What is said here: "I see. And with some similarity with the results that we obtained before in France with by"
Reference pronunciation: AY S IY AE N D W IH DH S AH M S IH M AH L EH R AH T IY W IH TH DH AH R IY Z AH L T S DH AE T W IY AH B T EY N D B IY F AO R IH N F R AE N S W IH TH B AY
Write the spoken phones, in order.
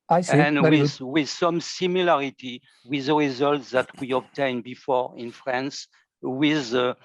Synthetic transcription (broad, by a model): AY S IY N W W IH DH S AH M S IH M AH L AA R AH T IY W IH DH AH R IY Z AH L T S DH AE T W IY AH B T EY N B IY F AO R IH N F R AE N S W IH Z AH